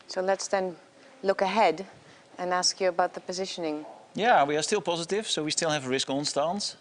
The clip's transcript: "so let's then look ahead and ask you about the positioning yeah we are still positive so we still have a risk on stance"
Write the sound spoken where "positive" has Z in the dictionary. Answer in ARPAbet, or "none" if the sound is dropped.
Z